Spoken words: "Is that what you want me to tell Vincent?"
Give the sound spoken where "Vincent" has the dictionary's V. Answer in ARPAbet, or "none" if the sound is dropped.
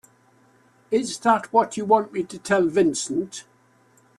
V